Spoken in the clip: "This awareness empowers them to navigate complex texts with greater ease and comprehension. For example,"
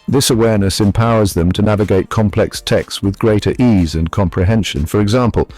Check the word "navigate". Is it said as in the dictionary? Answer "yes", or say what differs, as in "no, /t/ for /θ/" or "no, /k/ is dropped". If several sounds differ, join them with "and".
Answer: yes